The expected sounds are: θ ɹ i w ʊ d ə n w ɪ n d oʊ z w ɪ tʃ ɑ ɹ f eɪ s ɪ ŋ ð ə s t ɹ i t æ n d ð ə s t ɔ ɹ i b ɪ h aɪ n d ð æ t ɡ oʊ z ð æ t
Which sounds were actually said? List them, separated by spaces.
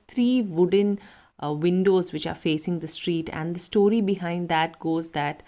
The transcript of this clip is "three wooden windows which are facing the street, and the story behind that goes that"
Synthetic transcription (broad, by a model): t ɹ i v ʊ d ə n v ɪ n d oʊ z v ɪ tʃ ɑ ɹ f eɪ s ɪ ŋ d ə s t ɹ i t æ n d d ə s t ɔ ɹ i b ɪ h aɪ n d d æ t ɡ oʊ z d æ t